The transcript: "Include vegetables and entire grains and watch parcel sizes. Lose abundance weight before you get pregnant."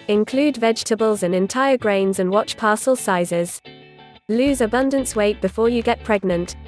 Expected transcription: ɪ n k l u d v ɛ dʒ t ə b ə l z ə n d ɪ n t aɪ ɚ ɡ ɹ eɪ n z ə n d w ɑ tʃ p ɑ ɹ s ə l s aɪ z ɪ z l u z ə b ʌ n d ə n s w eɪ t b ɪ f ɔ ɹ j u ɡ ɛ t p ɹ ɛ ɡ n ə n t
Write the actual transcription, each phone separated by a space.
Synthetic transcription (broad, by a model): ɪ n k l u d v ɛ dʒ t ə b ə l z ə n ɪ n t aɪ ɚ ɡ ɹ eɪ n z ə n w ɑ tʃ p ɑ s ə l s aɪ z ɪ z l u z ə b ʌ n d ə n s w eɪ t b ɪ f ɔ j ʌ ɡ ɛ t p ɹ ɛ ɡ n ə n t